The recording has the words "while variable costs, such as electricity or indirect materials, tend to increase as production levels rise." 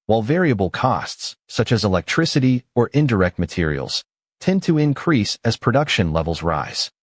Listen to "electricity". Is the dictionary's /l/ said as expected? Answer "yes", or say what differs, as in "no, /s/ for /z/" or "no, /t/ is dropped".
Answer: yes